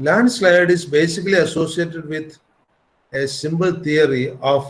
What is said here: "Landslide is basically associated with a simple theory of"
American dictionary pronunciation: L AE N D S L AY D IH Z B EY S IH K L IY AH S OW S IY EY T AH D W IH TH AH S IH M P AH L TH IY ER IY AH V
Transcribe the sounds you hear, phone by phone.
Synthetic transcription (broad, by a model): L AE N D S L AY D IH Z B EY S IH K L IY AH S OW S IY EY T AH D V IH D AH S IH M B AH L T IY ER IY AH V